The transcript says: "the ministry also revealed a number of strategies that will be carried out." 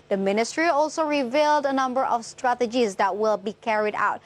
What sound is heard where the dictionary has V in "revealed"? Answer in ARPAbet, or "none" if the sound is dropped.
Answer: V